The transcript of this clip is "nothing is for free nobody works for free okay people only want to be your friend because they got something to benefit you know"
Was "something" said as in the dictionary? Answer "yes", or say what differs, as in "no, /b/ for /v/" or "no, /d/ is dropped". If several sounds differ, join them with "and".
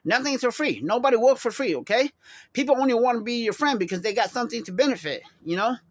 yes